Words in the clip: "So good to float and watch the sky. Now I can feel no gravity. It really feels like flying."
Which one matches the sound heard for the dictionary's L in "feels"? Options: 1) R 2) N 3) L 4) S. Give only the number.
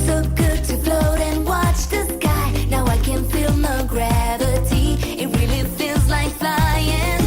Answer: 2